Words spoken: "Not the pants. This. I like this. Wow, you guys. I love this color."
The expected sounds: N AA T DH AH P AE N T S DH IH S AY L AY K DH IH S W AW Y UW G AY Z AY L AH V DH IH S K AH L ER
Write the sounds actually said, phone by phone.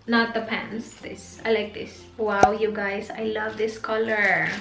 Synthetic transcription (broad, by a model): N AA T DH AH P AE N S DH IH S AY L AY K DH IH S W AW Y UW G AY S AY L AH V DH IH S K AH L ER